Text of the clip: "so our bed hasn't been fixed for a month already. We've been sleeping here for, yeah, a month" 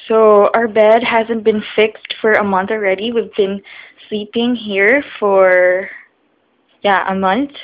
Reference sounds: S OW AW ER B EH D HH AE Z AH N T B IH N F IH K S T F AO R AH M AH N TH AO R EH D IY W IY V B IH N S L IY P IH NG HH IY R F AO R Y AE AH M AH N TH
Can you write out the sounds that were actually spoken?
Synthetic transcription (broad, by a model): S OW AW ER B EH D HH AE Z AH N T B IH N F IH K S T F AO R AH M AH N TH AO R EH D IY W IY V B IH N S L IY P IH NG HH IY R F AO R Y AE AH M AH N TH